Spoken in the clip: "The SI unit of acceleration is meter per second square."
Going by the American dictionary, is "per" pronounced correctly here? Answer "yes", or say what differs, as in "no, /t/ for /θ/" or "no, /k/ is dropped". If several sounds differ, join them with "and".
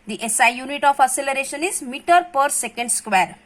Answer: yes